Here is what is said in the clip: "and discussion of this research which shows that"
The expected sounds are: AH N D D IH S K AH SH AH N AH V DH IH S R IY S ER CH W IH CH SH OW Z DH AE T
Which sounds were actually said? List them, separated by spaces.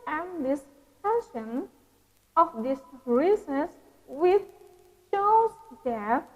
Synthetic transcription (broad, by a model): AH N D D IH S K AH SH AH N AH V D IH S R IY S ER S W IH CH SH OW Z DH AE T